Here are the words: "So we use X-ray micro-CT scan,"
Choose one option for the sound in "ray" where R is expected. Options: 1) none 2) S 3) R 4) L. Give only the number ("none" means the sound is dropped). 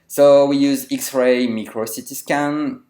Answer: 3